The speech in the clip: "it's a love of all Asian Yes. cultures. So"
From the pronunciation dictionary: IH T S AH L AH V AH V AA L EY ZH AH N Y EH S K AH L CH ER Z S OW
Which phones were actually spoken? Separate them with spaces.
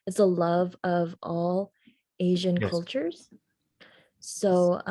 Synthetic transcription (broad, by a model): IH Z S AH L AH V AH V AA L EY ZH AH N K AH L CH ER Z S OW